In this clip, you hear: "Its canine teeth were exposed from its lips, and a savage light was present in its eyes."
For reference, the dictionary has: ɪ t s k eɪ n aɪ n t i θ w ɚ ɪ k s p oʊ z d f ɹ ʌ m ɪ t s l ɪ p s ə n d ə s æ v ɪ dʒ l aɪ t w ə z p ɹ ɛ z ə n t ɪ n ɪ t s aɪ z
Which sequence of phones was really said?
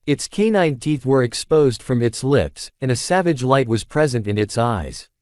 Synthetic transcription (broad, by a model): ɪ t s k eɪ n aɪ n t i θ w ɚ ɪ k s p oʊ z d f ɹ ʌ m ɪ t s l ɪ p s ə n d ə s æ v ɪ dʒ l aɪ t w ə z p ɹ ɛ z ə n t ɪ n ɪ t s aɪ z